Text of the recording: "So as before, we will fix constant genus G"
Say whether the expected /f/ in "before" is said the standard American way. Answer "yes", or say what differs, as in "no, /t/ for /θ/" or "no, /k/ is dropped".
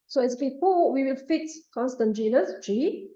no, /p/ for /f/